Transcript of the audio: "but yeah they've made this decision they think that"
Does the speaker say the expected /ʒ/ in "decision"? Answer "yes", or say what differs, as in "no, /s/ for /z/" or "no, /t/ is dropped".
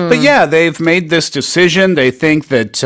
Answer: yes